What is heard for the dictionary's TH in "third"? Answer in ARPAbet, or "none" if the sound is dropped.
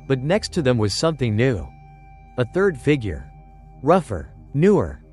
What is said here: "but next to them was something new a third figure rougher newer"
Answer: TH